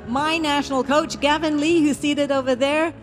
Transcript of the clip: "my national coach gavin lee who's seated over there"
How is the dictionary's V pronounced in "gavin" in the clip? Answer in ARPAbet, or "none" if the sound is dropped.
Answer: V